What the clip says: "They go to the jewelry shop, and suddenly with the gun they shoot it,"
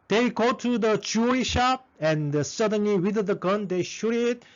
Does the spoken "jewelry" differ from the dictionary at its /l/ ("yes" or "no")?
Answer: yes